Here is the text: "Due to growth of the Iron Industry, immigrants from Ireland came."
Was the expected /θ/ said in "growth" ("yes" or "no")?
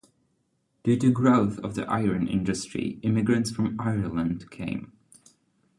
yes